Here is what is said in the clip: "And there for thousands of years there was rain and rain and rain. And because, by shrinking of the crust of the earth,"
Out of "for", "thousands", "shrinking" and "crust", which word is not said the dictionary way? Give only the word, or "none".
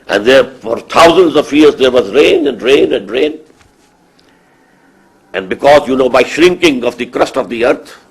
thousands